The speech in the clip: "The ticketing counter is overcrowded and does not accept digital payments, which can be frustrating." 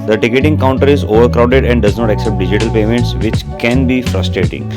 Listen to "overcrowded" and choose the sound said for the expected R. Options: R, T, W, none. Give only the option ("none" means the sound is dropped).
R